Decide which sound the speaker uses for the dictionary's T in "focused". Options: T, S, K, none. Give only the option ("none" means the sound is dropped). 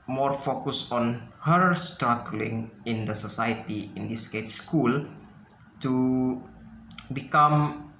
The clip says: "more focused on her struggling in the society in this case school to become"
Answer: none